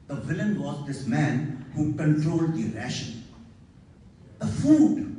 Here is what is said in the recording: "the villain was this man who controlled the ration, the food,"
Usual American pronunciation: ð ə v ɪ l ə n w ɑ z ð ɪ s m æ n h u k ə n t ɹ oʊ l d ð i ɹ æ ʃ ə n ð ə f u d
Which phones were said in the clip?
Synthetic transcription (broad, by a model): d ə v ɪ l ə n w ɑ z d ɪ s m æ n h u k ə n t ɹ oʊ l d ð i ɹ æ ʃ ə n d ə f u d